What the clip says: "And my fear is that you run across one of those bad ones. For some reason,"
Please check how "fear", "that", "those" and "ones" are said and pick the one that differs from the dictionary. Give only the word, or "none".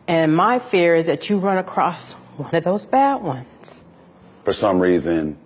none